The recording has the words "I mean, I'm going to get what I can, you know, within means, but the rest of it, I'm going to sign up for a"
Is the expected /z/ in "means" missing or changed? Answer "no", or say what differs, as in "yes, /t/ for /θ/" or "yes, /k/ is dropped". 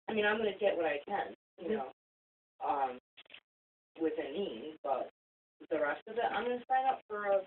yes, /z/ is dropped